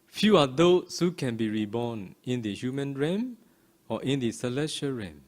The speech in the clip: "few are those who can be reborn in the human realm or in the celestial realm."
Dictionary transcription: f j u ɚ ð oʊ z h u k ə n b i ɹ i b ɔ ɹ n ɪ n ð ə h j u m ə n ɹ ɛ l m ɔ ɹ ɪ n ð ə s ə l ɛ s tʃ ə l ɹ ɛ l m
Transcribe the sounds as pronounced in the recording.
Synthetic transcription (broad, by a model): f j u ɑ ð oʊ s h u k ə n b i ɹ i b ɔ n ɪ n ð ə h j u m ə n ɹ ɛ m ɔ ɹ ɪ n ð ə s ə l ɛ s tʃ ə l ɹ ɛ m